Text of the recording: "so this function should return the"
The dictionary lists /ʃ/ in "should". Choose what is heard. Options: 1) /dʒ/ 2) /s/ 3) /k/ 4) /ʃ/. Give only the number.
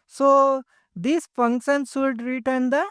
2